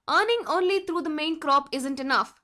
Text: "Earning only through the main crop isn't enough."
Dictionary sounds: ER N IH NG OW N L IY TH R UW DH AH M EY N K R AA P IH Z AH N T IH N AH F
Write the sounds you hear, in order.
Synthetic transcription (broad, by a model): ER N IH NG OW N L IY T R UW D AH M EY N K R AA P IH Z AH N T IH N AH F